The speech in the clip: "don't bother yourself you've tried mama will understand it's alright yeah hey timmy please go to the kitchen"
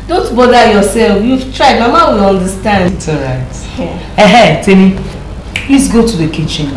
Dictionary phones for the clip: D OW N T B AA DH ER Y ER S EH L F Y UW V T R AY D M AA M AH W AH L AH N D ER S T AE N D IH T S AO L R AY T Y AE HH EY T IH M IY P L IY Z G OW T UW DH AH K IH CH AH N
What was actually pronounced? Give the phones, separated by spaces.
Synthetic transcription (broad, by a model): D OW N T B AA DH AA Y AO S EH L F Y UW V T R AY D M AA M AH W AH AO N D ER S T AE N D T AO R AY T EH HH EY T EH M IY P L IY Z G OW T UW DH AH K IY CH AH N